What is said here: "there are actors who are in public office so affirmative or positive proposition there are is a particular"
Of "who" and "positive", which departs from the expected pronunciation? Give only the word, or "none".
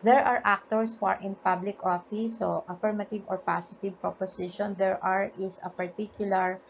positive